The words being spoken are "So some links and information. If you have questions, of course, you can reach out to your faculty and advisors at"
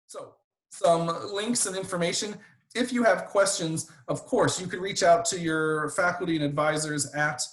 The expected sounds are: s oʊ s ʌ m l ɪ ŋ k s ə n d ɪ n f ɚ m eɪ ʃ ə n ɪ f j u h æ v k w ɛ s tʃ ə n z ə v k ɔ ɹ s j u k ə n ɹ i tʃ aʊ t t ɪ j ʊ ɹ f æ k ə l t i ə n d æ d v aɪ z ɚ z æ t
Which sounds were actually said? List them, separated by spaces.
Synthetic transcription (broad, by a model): s oʊ s ʌ m l ɪ ŋ k s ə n ɪ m f ɚ m eɪ ʃ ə n ɪ f j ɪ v k w ɛ s tʃ ə n z ə v k ɔ ɹ s j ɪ k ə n ɹ i tʃ aʊ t t ɪ j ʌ ɹ f æ k l t i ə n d æ d v aɪ z ɚ z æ t